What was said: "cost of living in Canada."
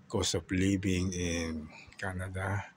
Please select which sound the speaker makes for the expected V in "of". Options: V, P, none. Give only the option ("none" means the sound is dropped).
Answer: P